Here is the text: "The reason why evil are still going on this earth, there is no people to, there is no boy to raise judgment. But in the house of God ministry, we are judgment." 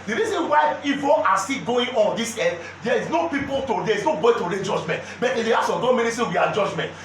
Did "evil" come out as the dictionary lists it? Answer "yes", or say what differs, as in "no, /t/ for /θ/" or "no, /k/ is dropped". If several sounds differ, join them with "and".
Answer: no, /n/ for /l/